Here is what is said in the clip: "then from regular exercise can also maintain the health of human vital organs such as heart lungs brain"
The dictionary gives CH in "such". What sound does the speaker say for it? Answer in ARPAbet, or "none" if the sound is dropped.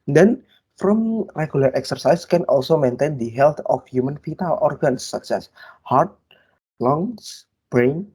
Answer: S